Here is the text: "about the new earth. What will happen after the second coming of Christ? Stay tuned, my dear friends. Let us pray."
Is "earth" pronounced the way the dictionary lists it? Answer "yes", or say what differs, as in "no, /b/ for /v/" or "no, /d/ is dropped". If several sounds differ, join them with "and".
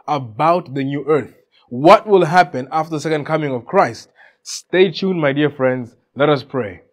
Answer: yes